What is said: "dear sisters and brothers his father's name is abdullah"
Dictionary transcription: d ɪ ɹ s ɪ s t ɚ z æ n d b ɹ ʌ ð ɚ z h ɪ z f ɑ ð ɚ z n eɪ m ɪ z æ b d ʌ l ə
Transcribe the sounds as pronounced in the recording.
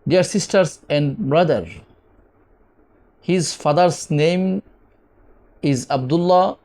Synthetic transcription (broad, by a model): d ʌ ɹ s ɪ s t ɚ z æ n d b ɹ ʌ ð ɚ h ɪ z f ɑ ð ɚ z n eɪ m ɪ z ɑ b d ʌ l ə